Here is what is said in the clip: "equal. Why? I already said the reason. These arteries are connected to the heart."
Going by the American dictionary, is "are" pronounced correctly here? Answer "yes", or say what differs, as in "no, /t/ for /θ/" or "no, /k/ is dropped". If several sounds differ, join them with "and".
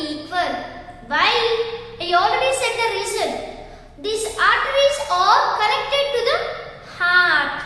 no, /l/ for /ɹ/